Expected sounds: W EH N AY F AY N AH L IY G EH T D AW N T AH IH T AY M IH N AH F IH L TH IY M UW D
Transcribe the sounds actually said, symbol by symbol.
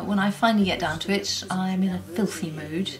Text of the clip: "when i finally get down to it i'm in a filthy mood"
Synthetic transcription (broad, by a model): W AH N AY F AY N L IY G EH T D AW N T AH IH T AY M IH N AH F IH L TH IY M UW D